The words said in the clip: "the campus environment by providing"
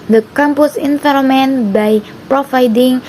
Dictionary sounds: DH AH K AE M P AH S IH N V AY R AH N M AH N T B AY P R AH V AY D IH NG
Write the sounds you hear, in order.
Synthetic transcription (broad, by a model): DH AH K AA M P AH S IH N F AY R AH M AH N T B AY P R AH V AY D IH NG